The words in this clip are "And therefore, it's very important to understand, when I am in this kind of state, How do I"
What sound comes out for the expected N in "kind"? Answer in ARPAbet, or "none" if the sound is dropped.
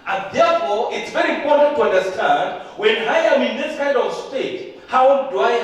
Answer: none